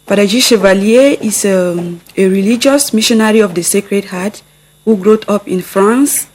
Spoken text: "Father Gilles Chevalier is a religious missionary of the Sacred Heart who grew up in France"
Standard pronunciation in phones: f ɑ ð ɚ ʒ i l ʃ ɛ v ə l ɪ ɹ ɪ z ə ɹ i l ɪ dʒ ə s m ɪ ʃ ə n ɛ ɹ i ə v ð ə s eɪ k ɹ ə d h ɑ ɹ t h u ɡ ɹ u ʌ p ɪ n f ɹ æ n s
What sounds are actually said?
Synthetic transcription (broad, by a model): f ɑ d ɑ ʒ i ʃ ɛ v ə l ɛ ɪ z ə ɹ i l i dʒ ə s m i ʃ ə n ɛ ɹ i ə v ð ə s eɪ k ɹ ə d h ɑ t h u ɡ ɹ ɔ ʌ p ɪ n f ɹ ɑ n s